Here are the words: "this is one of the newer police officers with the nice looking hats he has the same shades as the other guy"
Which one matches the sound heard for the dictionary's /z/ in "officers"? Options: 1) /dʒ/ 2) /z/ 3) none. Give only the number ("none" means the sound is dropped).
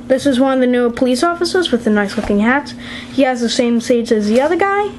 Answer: 2